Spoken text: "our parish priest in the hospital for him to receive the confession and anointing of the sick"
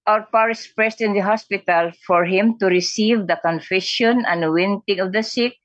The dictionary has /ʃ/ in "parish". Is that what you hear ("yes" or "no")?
no